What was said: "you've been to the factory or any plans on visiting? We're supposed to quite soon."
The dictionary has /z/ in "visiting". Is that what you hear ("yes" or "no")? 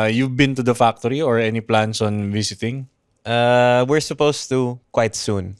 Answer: no